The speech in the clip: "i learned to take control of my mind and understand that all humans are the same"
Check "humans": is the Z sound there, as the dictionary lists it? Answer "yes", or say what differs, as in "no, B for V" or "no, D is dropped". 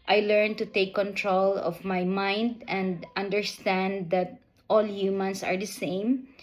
no, S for Z